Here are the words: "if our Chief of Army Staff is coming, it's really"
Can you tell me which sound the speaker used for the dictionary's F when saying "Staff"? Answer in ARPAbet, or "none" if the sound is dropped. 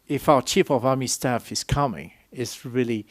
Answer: F